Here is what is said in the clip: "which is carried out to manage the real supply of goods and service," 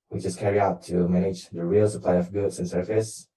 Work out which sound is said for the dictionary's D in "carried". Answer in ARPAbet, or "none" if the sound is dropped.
none